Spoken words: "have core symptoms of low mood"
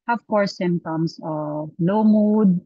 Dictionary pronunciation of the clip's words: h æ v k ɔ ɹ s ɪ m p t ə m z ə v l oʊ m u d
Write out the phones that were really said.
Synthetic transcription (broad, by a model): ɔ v k ɔ ɹ s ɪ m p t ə m s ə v l oʊ m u d